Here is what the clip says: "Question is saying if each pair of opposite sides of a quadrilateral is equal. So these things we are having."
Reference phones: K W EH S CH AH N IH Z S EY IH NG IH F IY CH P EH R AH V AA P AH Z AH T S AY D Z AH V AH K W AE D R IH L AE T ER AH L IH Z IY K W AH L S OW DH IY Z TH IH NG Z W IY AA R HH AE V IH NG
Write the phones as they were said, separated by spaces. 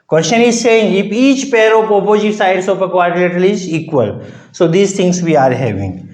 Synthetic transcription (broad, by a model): K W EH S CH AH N IH Z S EY IH NG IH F IY CH P EH R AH P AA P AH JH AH S AY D S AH P AH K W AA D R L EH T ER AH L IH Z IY K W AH L S OW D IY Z T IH NG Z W IY AA R HH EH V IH NG